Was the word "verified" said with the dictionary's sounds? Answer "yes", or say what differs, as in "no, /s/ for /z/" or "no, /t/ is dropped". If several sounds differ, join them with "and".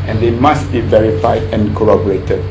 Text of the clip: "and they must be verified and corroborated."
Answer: yes